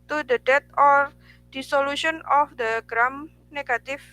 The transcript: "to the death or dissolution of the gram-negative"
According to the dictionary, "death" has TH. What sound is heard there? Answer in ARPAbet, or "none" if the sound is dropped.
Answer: T